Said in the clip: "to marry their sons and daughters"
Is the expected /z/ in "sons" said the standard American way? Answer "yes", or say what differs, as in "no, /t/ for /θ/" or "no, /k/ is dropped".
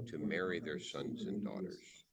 yes